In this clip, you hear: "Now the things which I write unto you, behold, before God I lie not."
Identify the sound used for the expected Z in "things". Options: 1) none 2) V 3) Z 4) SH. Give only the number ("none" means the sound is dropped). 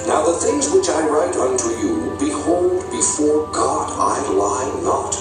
3